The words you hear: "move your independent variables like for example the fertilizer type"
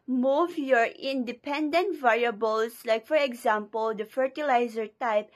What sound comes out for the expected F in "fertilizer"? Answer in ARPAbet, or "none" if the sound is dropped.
F